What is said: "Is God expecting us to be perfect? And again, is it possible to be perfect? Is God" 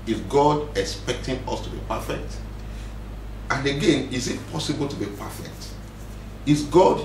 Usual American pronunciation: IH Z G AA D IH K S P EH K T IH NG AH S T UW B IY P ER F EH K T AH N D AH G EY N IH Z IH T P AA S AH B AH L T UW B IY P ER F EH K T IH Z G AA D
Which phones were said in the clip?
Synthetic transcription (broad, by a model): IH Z G AA D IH K S P EH K T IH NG AH S T UW B IY P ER F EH K T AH N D AH G EY N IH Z IH T P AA S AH B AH L T UW B IY P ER F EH K T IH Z G AA D